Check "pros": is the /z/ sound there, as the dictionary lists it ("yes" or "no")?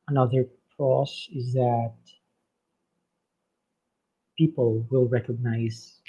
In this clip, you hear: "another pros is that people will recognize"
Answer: no